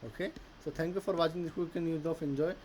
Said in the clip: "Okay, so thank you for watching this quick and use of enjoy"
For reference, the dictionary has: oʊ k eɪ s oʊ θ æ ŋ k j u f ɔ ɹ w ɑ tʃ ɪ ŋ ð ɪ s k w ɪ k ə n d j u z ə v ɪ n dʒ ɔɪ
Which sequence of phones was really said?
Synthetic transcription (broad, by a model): oʊ k eɪ s oʊ t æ ŋ k j u f ɔ ɹ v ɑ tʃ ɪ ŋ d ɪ k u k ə n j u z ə f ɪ n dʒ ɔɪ